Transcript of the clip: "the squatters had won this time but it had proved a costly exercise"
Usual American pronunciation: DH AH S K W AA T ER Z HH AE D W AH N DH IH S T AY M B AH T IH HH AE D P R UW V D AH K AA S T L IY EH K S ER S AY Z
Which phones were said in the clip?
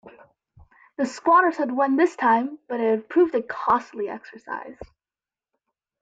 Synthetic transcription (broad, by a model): DH AH S K W AA T ER Z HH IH D W AH N DH IH S T AY M B AH T IH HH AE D P R UW V D AH K AA S T L IY EH K S ER S AY Z